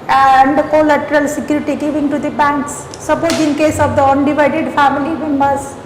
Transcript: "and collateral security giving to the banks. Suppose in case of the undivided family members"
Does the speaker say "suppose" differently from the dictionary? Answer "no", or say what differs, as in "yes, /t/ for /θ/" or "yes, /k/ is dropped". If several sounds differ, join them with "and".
yes, /b/ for /p/